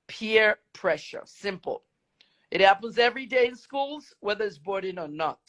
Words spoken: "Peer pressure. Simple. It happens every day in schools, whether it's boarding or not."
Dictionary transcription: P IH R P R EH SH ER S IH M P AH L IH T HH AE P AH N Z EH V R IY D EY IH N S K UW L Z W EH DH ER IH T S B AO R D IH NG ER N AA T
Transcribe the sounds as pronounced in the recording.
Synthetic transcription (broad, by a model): P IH R P R EH SH ER S IH M P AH L IH T HH AE P AH N Z EH V R IY D EY IH N S K UW L Z W EH DH ER IH T S B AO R D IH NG ER N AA T